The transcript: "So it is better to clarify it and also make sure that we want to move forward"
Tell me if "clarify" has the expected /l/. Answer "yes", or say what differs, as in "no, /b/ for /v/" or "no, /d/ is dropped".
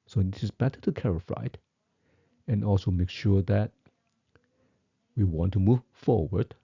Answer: no, /l/ is dropped